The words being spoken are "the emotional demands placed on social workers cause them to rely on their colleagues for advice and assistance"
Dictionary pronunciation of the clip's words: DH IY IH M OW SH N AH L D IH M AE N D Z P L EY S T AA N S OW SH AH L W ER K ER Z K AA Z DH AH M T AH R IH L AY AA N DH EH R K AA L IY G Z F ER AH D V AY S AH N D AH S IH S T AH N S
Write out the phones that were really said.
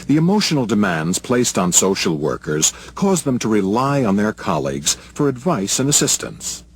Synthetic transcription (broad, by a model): DH IY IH M OW SH N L D IH M AE N D Z P L EY S T N S OW SH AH L W ER K ER Z K AA Z DH AH M T AH R IH L AY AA N DH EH R K AA L IY G Z F ER AH D V AY S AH N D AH S IH S T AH N S